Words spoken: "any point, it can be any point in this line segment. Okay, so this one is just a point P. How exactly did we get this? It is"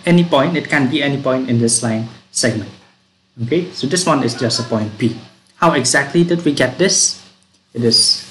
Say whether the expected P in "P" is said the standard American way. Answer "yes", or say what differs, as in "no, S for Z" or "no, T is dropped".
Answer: no, B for P